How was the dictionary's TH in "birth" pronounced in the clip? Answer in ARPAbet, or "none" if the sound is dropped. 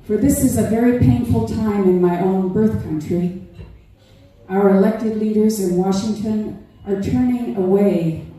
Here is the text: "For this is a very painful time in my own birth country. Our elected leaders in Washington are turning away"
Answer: TH